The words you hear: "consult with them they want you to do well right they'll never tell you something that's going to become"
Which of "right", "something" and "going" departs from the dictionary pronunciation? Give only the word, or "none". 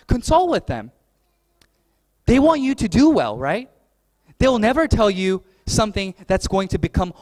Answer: none